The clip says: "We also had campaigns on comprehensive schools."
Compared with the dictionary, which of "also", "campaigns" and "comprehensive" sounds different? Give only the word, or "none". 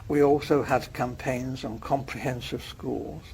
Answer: none